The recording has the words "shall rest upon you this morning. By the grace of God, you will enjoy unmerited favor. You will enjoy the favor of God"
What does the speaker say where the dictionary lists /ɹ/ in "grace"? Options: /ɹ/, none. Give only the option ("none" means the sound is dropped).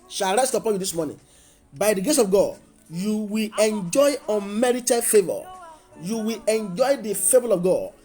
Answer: none